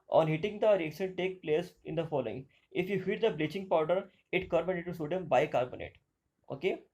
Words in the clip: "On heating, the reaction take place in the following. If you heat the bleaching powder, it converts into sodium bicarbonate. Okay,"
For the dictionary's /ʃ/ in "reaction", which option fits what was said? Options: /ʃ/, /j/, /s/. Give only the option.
/s/